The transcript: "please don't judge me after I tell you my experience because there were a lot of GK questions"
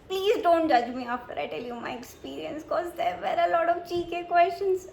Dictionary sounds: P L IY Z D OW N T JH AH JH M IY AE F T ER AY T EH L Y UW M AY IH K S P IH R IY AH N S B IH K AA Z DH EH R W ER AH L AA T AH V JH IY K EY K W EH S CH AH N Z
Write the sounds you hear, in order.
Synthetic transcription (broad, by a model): P L IY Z D OW N T JH AH JH M IY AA F T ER AY T EH L Y UW M AY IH K S P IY R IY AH N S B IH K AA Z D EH R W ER AH L AA T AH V CH IY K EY K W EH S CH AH N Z